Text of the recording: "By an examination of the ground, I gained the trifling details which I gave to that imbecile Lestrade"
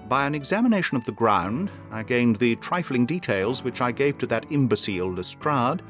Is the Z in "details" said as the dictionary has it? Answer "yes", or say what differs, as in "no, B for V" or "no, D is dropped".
yes